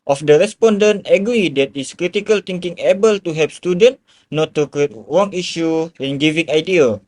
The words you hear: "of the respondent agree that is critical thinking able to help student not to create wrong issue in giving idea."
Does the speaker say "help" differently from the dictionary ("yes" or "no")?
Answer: yes